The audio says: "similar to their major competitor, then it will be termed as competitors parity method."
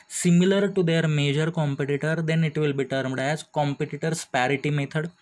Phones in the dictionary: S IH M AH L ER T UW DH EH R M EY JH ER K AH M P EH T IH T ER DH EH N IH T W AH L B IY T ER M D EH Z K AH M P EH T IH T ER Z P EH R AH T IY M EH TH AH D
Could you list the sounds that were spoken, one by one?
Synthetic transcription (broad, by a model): S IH M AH L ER T UW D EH R M EY JH ER K AH M P EH T IH T ER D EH N IH T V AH L B IY T ER M D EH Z K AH M P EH T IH T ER S P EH R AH T IY M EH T AH D